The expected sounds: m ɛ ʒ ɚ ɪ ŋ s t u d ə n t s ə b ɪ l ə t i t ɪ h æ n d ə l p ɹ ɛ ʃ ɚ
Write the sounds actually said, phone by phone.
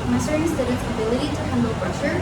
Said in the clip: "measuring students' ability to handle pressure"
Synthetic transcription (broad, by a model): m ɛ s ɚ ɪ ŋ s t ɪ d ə t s ə b ɪ l ə t i t ɪ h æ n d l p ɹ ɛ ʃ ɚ